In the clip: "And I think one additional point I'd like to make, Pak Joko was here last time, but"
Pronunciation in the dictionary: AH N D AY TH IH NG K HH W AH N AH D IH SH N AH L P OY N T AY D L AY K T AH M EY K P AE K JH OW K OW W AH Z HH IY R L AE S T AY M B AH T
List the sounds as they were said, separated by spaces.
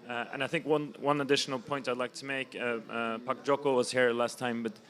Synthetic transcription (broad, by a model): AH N AY TH IH NG K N W AH N AH D IH SH N AH L P OY N T AY D L AY K T AH M EY K P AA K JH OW K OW W AH Z HH IY R L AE S T AY M B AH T